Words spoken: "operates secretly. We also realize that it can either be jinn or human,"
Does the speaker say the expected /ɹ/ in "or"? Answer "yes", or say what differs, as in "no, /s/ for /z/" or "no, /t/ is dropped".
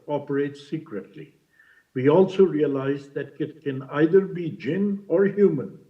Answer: yes